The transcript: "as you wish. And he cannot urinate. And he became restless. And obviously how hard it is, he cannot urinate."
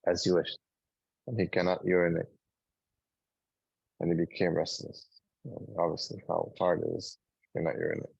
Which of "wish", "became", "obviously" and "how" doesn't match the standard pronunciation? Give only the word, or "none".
none